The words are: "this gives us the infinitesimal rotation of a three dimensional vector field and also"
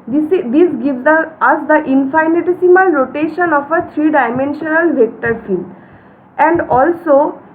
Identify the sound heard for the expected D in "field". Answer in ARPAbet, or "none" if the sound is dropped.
none